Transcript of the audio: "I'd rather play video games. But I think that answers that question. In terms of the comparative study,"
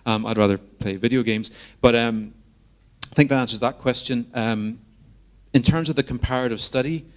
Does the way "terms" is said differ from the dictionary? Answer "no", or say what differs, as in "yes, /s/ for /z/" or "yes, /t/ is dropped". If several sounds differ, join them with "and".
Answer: no